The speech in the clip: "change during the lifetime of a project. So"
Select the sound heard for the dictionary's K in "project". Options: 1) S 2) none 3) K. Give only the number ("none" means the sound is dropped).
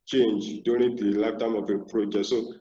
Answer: 2